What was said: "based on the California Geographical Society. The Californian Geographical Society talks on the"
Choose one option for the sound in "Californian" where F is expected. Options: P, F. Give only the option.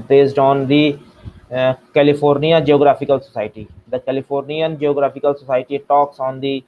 P